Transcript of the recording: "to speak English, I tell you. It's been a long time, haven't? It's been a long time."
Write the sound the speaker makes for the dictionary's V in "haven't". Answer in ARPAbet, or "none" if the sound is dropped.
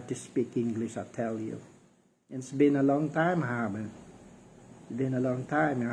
B